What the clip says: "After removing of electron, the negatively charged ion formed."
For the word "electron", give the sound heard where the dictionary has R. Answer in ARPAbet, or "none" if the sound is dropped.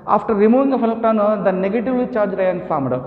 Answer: none